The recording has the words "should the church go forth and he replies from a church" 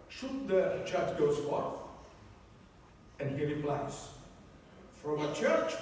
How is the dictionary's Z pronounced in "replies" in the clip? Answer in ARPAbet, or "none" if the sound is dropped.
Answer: S